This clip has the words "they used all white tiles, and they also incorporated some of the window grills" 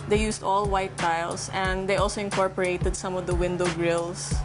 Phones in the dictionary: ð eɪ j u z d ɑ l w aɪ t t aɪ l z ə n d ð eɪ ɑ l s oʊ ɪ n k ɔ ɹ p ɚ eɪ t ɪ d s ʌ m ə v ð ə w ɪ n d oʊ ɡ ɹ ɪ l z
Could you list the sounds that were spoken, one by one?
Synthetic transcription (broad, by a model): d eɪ j u s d ɑ l w aɪ t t aɪ l s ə n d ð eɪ ɑ l s oʊ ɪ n k ɔ ɹ p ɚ eɪ t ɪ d s ʌ m ə v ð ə w ɪ n d oʊ ɡ ɹ ɪ l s